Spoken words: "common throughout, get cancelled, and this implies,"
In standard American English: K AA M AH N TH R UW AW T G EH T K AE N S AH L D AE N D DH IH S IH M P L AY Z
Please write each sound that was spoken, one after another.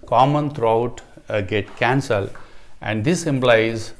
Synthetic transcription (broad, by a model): K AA M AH N T R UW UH T G EH T K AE N S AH L AE N D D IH S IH M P L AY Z